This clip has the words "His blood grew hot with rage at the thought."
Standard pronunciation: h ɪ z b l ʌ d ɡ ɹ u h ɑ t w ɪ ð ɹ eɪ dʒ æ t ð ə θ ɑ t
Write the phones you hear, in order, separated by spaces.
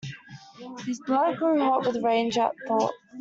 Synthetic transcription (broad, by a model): h ɪ z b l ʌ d ɡ ɹ u h ɑ t w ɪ ð ɹ eɪ dʒ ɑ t θ ɑ t